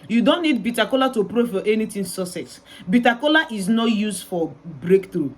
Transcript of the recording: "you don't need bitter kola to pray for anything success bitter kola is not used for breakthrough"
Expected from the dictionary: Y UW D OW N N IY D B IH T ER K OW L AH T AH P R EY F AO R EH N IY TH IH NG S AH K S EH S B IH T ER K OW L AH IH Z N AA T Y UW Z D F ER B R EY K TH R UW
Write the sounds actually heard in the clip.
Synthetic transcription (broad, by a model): Y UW D OW N N IY D B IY T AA K OW L AH T AH P R EY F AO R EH N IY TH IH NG S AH S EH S B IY T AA K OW L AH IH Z N AA T Y UW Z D F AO B R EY K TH R UW